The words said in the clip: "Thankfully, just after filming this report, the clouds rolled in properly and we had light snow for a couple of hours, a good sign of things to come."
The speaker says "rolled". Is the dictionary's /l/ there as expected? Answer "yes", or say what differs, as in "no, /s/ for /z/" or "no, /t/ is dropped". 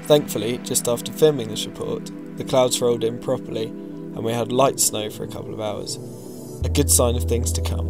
yes